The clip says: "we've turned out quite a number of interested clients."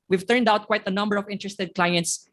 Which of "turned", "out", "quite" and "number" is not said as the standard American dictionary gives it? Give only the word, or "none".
none